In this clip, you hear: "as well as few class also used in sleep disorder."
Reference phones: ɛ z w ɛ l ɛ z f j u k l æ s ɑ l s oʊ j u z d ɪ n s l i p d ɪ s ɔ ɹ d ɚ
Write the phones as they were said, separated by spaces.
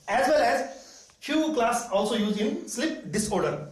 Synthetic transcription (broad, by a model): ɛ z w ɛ l ɛ z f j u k l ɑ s ɑ l s oʊ j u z ɪ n s l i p d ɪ s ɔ ɹ d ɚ